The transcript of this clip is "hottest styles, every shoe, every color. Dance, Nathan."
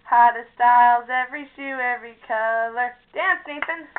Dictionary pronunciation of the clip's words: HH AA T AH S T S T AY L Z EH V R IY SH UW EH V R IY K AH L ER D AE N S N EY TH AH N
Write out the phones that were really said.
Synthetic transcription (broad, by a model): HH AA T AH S S T AY L Z EH V R IY SH UW EH V R IY K AH L ER D AE N S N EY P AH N